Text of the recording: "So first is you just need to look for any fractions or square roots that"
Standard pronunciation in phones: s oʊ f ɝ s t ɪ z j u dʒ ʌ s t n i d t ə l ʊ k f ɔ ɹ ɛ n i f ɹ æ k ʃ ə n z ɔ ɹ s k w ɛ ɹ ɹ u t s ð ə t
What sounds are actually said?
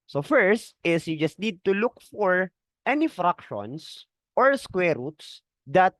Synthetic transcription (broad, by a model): s oʊ f ɝ s t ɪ s j u dʒ ʌ s t n i d t ə l ʊ k f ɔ ɹ ɛ n i f ɹ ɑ k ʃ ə n s ɔ ɹ s k w ɛ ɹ ɹ u t s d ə t